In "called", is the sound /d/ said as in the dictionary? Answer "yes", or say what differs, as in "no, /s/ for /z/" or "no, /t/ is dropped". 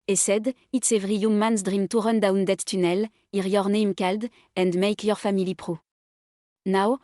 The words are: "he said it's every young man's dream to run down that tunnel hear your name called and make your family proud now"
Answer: yes